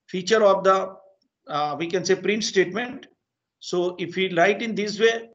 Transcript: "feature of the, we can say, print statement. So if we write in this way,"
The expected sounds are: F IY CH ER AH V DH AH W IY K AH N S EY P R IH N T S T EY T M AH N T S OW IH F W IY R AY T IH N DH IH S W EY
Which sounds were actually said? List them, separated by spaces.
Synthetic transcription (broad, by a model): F IY CH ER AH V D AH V IY K AH N S EY P R IH N T S T EY T M AH N T S OW IH F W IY L AY T IH N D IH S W EY